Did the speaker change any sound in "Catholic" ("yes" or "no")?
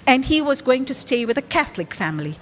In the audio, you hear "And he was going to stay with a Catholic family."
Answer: no